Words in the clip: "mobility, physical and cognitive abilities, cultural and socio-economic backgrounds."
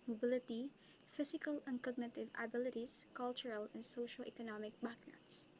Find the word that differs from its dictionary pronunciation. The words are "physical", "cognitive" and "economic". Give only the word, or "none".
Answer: physical